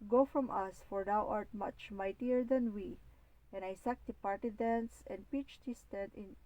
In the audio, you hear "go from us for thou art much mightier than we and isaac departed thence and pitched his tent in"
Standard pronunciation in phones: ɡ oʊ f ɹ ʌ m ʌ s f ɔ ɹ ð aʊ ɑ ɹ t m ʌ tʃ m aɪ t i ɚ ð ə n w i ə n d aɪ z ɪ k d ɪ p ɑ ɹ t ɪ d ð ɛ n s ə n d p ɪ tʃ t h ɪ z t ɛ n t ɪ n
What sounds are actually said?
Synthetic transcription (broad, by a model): ɡ oʊ f ɹ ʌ m ʌ s f ɔ ɹ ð aʊ ɑ ɹ t m ʌ tʃ m aɪ t i ɚ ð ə n w i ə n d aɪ s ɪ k d ɪ p ɑ ɹ t ɪ d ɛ n s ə n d p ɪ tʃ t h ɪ s t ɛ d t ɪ n